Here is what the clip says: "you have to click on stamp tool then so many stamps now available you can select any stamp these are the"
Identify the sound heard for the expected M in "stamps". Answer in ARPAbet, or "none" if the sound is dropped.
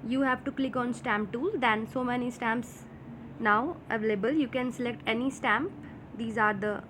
M